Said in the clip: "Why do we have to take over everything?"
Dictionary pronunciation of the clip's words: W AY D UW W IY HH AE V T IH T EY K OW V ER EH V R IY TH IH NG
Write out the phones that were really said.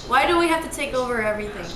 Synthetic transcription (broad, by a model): W AY D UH W IY HH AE F T IH T EY K OW V ER EH V R IY TH IH NG